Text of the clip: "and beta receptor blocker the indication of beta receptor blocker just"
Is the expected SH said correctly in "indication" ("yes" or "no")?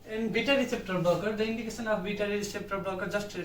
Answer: no